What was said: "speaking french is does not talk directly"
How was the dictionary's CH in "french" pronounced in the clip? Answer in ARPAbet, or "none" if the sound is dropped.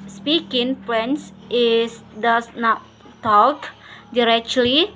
S